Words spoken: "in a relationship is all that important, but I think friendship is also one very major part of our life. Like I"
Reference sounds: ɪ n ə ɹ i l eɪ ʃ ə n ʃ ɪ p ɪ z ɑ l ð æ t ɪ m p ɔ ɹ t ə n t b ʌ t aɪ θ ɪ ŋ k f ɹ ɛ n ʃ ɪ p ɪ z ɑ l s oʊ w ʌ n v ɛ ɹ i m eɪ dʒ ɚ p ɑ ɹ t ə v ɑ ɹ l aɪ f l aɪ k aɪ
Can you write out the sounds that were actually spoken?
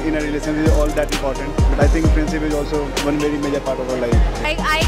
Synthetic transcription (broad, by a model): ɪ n ə ɹ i l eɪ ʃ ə n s ɪ z ɑ l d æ t ɪ m p ɔ ɹ t ə n t b ʌ t aɪ t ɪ ŋ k p ɹ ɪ n s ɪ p ɪ z ɑ l s oʊ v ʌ n v ɛ ɹ i m eɪ dʒ ɚ p ɑ ɹ t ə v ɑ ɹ l aɪ f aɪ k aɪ